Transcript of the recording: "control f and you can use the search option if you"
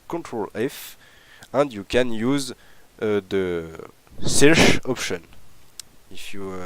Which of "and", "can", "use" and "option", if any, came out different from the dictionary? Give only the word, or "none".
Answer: none